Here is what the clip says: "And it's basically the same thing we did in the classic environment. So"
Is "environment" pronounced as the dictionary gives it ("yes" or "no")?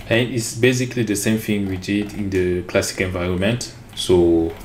yes